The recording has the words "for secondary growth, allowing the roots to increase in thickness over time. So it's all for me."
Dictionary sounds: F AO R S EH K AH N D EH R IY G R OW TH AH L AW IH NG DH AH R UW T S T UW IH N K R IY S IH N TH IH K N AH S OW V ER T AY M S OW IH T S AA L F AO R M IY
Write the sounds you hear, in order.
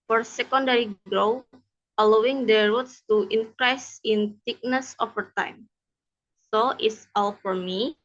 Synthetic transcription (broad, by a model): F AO R S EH K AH N D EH R IY G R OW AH L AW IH NG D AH R UW T S T UW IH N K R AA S IH N T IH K N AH S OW F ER T AY M S OW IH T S AA L F AO R M IY